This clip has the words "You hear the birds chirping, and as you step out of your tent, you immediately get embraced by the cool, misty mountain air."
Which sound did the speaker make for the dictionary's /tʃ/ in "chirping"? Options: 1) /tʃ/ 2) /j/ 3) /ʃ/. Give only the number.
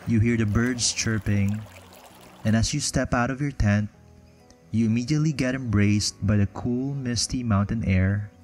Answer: 1